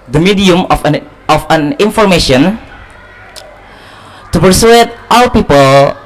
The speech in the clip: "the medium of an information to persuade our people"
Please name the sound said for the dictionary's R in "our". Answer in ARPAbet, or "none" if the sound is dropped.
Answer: L